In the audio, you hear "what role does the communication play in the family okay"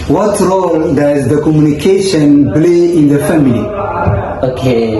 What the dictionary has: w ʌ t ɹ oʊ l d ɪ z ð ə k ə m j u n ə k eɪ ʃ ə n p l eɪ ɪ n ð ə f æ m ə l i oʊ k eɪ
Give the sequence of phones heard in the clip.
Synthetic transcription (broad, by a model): w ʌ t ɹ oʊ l d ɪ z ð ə k ə m j u n ə k eɪ ʃ ə n b l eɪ ɪ n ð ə f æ m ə l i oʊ k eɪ